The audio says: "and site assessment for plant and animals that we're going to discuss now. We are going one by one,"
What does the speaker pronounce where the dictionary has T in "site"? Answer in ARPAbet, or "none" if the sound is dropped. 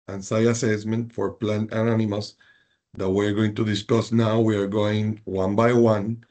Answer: none